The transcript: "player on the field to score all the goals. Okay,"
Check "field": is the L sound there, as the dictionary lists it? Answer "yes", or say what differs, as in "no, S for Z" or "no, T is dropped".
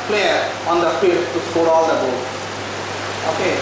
no, L is dropped